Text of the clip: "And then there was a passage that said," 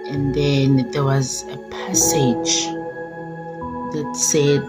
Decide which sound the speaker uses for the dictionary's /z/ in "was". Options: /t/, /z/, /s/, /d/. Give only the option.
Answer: /z/